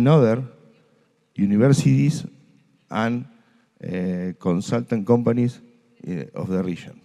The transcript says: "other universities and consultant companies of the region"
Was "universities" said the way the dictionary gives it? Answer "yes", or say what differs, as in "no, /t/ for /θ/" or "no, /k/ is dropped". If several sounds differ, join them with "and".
no, /b/ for /v/ and /s/ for /z/